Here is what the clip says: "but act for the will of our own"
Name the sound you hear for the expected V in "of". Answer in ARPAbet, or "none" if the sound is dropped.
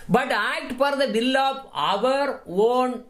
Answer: V